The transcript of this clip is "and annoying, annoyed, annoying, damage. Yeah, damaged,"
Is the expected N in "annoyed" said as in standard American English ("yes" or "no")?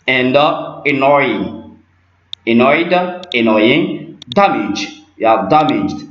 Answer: yes